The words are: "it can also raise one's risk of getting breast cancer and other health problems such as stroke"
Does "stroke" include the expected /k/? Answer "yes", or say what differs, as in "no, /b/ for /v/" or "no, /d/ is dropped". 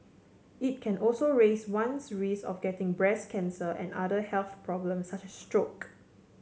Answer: yes